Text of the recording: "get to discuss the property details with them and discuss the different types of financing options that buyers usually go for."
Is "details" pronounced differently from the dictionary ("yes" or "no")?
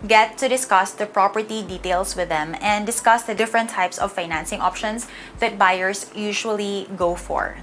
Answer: yes